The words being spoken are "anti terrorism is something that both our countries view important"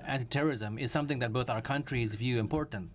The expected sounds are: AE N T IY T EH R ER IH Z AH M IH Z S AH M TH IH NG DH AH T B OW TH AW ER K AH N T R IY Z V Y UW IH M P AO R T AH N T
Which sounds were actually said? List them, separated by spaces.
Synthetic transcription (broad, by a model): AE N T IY T EH R ER IH Z AH M IH Z S AH M TH IH NG DH AH T B OW TH AW ER K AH N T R IY Z V Y UW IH M P AO R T N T